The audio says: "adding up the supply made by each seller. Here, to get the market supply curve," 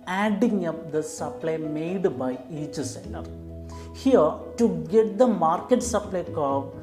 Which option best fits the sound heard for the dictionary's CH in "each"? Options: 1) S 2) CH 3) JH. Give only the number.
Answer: 2